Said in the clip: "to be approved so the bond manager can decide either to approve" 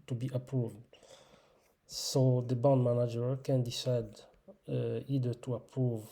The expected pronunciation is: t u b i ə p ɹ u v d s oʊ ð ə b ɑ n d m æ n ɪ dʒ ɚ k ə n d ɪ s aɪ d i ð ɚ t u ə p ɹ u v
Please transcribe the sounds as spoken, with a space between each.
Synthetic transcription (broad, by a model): t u b i ə p ɹ u v d s oʊ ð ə b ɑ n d m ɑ n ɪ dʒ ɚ k ə n d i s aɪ d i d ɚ t u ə p ɹ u v